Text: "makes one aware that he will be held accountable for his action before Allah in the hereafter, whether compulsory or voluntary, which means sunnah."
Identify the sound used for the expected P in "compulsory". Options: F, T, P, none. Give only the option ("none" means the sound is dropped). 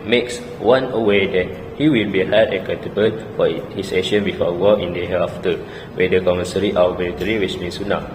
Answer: none